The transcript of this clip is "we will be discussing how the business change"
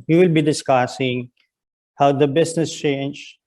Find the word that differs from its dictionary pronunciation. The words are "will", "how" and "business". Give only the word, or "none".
business